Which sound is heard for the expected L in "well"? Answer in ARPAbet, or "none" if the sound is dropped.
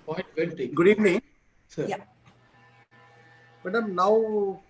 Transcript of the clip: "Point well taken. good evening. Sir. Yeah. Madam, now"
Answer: N